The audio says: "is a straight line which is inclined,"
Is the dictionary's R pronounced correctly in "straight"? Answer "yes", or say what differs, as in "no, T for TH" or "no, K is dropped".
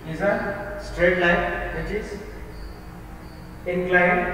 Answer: yes